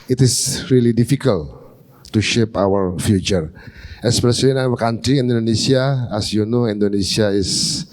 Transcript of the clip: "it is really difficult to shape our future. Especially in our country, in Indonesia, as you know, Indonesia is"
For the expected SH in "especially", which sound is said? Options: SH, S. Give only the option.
S